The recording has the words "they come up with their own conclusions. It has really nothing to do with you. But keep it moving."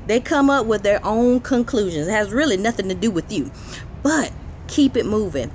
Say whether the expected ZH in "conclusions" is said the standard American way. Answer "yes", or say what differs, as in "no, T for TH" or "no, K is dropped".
yes